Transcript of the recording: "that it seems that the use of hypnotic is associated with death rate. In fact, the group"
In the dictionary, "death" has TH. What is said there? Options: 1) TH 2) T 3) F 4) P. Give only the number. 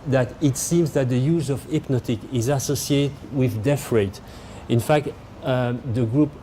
3